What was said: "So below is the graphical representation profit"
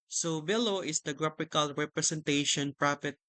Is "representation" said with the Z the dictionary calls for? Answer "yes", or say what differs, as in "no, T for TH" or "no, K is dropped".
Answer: no, S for Z